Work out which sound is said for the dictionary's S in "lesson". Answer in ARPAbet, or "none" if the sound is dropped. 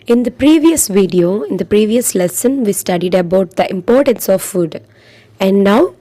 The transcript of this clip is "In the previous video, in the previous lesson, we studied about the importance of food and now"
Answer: S